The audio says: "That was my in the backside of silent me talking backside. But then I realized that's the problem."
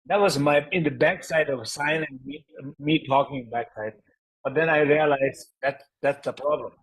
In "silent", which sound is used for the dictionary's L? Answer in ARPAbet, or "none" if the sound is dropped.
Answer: N